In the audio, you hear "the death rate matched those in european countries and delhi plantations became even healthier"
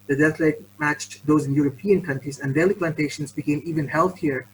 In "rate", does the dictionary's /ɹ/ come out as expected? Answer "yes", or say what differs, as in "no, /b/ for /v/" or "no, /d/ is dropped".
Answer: no, /l/ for /ɹ/